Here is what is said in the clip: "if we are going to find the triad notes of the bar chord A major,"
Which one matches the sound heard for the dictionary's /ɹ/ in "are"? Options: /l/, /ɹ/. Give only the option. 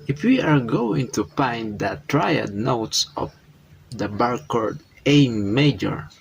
/ɹ/